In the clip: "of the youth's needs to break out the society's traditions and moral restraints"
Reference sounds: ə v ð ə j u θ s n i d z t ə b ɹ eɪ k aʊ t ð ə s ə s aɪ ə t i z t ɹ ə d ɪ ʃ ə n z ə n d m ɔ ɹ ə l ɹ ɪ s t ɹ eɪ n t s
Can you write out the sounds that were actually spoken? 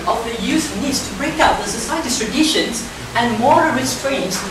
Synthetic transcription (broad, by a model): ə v ð ə j u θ n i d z t ə b ɹ eɪ k aʊ t ð ə s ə s aɪ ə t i t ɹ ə d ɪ ʃ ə n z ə n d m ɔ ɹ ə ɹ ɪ s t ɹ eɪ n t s